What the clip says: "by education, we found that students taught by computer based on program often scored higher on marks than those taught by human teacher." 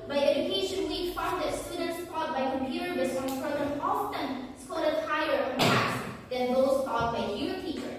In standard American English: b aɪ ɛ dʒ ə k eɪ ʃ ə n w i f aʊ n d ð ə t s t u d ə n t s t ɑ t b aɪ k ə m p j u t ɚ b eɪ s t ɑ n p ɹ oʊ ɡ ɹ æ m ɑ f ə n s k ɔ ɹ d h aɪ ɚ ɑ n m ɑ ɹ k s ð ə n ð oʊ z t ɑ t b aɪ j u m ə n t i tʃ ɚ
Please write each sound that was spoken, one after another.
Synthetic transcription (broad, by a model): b aɪ ɛ dʒ ə k eɪ ʃ ə n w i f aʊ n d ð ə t s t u d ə n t s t ɑ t b aɪ k ə m p j u t ɚ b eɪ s ɑ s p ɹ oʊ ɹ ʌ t ɑ f ə n s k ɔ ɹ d h aɪ ɚ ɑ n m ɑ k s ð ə n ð oʊ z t ɑ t b aɪ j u ə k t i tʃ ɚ